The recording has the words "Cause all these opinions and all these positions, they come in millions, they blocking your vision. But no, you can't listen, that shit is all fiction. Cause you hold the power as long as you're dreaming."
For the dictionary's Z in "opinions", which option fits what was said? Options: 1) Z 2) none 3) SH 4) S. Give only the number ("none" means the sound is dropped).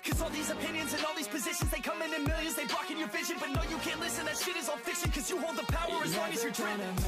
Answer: 1